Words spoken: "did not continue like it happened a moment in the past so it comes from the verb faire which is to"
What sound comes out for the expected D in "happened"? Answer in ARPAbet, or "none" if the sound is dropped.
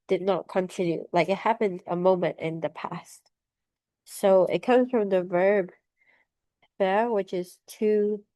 D